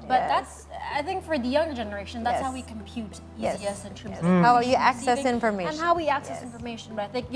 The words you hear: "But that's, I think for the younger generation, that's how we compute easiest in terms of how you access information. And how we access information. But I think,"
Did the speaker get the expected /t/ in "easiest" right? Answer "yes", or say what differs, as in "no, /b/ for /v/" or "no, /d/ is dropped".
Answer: no, /t/ is dropped